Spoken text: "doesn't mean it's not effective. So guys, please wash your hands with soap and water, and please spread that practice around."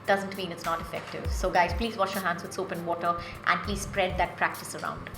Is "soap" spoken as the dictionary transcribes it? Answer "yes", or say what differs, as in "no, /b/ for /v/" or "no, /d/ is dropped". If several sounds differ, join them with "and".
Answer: yes